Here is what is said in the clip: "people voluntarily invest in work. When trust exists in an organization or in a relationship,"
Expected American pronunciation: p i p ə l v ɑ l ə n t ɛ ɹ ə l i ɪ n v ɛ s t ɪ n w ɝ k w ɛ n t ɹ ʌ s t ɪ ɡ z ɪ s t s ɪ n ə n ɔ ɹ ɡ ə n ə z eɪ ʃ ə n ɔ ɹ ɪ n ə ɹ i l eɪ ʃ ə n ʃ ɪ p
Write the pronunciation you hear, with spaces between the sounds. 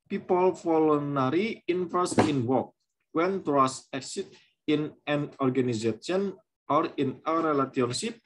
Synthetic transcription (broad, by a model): p i p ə l f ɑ l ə n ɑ ɹ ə i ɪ n f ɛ s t ɪ n w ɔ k w ɛ n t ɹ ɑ s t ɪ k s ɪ t ɪ n ə n ɔ ɹ ɡ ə n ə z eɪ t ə n ɔ ɹ ɪ n ə ɹ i l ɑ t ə n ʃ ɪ p